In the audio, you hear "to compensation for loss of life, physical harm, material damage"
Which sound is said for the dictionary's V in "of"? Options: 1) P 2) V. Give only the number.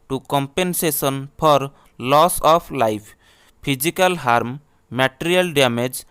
1